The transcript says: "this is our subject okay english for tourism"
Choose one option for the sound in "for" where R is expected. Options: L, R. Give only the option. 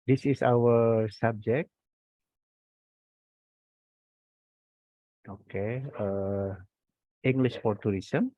R